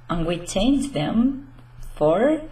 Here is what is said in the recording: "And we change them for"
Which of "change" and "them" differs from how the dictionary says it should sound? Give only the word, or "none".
change